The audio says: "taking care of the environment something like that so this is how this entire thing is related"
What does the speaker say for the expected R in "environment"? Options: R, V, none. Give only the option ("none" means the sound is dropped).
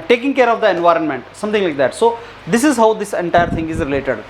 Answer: R